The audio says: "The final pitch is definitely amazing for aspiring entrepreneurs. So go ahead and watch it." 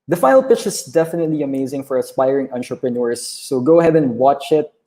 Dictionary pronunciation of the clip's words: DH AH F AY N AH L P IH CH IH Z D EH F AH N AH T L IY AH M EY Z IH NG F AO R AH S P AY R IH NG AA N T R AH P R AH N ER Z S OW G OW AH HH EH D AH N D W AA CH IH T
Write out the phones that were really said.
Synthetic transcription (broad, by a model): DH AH F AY AH L P IH CH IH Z D EH F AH N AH T L IY AH M EY Z IH NG F AO R AH S P AY R IH NG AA N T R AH P R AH N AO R S OW G OW AH HH EH D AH N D W AA CH IH T